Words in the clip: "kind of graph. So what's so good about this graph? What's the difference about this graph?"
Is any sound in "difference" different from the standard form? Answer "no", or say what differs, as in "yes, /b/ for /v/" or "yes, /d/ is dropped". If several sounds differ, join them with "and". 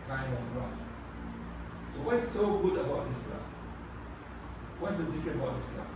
yes, /s/ is dropped